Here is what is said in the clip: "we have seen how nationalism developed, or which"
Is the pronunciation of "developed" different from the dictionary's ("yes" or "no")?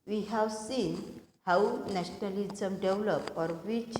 yes